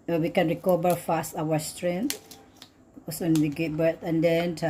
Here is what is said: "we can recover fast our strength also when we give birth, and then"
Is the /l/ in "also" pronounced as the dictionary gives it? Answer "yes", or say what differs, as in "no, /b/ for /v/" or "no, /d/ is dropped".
no, /l/ is dropped